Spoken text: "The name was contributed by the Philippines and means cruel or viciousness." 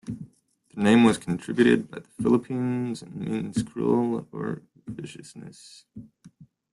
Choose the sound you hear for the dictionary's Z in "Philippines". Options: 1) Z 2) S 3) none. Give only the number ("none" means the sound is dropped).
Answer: 1